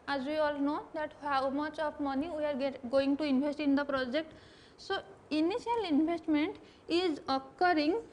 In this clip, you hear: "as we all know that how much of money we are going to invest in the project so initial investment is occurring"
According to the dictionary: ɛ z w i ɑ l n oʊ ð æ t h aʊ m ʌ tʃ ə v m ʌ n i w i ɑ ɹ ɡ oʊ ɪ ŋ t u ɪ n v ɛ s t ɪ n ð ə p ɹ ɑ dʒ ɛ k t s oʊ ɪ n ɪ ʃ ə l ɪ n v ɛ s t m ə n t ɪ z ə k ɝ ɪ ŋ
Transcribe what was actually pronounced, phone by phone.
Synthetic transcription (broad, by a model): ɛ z w i ɑ l n oʊ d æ t h aʊ m ʌ tʃ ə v m ʌ n i w i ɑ ɹ ɡ oʊ ɪ ŋ t u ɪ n b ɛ s t ɪ n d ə p ɹ ɑ dʒ ɛ k t s oʊ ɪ n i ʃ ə l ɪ n b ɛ s t m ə n t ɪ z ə k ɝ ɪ ŋ